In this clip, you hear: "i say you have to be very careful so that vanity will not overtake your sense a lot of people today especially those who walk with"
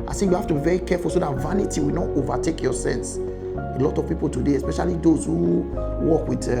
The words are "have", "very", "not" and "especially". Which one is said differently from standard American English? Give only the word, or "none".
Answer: have